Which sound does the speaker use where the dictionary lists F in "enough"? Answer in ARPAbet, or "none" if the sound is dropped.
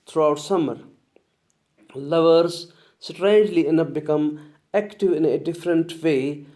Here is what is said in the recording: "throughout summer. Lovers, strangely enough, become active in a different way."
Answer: P